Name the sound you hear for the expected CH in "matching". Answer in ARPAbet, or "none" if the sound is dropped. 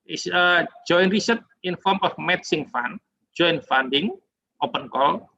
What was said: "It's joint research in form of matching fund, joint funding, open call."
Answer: S